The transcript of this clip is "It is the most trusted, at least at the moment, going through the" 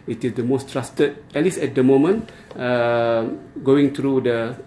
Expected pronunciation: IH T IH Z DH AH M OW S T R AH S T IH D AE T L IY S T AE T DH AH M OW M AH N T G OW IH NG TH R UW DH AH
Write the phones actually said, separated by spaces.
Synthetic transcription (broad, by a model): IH T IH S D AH M OW S T R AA S T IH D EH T L IY S EH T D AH M OW M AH N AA G OW IH NG T R UW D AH